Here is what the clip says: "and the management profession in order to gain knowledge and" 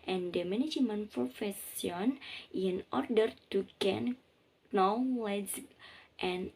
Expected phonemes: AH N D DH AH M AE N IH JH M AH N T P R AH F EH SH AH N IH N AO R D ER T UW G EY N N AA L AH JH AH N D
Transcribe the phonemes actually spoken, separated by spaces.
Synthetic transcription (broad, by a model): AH N D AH M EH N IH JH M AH N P R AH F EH S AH N IH N AO R D ER T UW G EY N N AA L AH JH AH N